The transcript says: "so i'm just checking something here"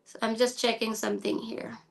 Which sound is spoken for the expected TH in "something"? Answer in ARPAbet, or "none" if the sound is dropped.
TH